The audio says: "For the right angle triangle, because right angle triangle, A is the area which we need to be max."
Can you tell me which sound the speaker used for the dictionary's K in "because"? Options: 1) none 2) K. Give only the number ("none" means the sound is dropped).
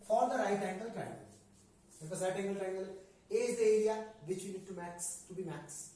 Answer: 1